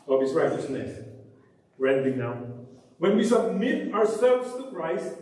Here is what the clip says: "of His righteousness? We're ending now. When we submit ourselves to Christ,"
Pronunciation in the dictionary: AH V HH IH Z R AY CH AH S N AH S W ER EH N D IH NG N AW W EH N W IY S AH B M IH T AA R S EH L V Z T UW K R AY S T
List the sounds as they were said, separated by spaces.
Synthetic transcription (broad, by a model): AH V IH S R AY CH AH S N AH S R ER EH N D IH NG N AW W EH N W IY S AH B M IH T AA R S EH L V S T UW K R AY S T